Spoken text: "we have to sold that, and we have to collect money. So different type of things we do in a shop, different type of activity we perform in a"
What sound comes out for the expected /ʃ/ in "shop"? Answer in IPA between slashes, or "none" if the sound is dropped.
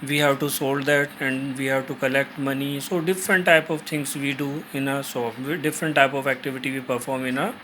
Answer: /s/